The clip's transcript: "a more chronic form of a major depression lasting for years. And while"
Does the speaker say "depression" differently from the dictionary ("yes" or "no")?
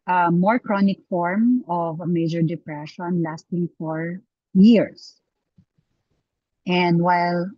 no